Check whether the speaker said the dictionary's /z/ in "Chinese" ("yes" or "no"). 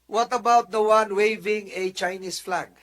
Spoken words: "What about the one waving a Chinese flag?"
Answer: no